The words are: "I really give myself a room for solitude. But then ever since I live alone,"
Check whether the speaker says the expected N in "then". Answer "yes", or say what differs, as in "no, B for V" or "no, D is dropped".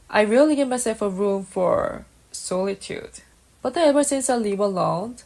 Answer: no, N is dropped